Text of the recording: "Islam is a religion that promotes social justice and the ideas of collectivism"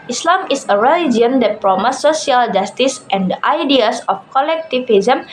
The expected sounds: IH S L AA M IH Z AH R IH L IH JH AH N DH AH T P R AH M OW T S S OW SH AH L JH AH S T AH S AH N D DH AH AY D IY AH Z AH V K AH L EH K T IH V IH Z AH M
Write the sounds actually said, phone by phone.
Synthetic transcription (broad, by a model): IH S L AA M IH S AH R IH L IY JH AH N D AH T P R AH M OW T S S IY AH L JH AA S T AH S AH N D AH AY D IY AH S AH F K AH L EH K T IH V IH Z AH M